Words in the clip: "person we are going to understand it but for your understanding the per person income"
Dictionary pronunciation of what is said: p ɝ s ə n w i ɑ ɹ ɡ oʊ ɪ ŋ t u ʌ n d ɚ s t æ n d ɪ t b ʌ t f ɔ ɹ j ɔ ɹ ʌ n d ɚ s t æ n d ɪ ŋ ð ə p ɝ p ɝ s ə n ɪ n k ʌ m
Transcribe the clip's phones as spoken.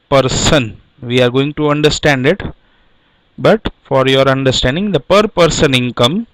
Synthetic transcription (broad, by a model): p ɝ s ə n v i ɑ ɹ ɡ oʊ ɪ ŋ t u ʌ n d ɚ s t æ n d ɪ t b ʌ t f ɔ ɹ j ɔ ɹ ʌ n d ɚ s t æ n d ɪ ŋ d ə p ɝ p ɝ s ə n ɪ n k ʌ m